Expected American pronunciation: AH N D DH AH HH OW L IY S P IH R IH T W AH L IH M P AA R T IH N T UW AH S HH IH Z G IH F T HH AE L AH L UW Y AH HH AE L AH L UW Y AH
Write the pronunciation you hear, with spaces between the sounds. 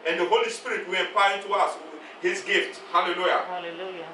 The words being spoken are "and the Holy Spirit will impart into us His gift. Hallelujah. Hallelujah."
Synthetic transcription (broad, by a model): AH N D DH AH HH OW L IY S P IH R IH T W AH L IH M P AA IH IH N T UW AH S HH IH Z G IH F T HH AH L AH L L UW Y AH